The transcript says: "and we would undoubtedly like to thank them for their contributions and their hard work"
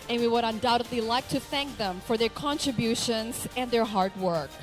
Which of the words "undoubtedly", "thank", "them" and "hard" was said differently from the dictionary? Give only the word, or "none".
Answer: none